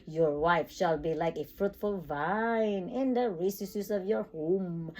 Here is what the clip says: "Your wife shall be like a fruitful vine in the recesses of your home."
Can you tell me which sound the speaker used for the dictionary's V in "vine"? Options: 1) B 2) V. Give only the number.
2